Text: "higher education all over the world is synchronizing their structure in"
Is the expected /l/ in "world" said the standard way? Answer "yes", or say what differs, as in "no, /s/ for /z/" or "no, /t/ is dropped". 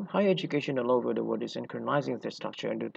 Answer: no, /l/ is dropped